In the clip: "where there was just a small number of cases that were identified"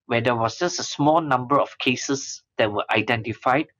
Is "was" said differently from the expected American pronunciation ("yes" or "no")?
yes